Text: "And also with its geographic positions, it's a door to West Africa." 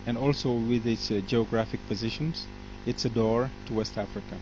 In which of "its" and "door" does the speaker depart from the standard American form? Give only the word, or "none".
none